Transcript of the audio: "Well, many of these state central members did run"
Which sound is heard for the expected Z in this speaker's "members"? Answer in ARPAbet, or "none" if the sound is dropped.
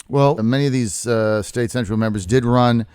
Z